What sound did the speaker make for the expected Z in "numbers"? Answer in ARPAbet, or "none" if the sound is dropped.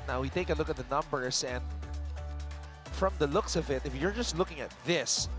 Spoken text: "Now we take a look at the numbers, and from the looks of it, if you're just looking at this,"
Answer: S